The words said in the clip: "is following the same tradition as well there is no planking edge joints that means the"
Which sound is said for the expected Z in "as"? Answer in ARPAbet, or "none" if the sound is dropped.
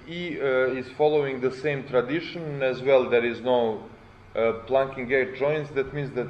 Z